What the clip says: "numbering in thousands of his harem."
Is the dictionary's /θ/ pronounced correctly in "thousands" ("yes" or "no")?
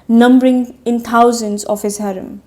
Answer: no